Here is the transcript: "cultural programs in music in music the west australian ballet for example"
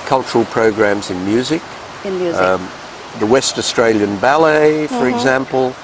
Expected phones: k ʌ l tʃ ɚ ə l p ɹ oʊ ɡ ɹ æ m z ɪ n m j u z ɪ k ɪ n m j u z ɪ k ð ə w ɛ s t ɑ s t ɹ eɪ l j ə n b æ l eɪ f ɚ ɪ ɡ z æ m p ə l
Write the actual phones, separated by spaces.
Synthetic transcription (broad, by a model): k ʌ l tʃ ɚ l p ɹ oʊ ɡ ɹ æ m z ɪ n m j u z ɪ k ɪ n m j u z ð ə w ɛ s t ɑ s t ɹ eɪ l j ə n b æ l eɪ f ɚ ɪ ɡ z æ m p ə l